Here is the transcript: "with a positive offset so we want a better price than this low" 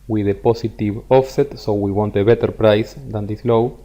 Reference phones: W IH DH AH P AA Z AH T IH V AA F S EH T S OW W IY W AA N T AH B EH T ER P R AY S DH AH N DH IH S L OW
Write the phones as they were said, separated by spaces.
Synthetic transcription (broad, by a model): W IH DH AH P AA S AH T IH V AA F S EH T S OW W IY W AA N T AH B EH T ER P R AY S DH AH N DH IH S L OW